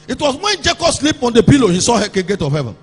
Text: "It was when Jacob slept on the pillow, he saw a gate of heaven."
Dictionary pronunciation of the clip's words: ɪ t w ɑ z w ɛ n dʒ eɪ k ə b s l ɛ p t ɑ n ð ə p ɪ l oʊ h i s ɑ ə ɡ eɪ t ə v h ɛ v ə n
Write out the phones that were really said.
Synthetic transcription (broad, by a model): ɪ t w ɑ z w ɛ n dʒ eɪ k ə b s l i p ɑ n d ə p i l oʊ h i s ɑ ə ɡ eɪ t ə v h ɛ v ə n